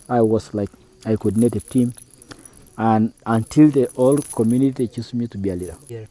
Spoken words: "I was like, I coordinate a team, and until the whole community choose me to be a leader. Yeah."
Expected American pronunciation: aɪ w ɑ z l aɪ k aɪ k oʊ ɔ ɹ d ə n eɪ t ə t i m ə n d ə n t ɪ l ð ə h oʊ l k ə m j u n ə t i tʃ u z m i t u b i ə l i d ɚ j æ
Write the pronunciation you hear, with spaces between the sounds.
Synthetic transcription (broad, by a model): aɪ w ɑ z l aɪ k aɪ k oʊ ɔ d n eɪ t ə t i m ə n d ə n t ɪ l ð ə oʊ l k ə m j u n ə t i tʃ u s m i t u b i ə l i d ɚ